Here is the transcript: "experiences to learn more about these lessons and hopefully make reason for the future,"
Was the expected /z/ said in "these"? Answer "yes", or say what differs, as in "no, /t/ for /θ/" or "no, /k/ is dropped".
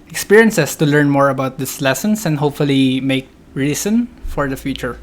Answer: no, /s/ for /z/